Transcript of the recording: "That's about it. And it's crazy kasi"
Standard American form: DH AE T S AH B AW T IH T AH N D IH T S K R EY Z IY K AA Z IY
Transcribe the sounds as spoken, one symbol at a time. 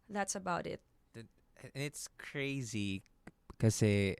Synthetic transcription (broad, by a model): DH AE T S AH B AW T IH T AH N IH T S K R EY Z IY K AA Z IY